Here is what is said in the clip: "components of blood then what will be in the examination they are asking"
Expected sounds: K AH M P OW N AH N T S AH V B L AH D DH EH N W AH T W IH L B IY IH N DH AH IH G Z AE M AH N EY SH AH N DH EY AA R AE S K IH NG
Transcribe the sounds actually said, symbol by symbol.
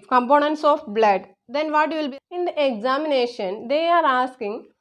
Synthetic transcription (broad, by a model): K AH M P OW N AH N T S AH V B L AH D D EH N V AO T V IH L B IY IH N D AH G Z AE M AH N EY SH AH N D EY AA R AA S K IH NG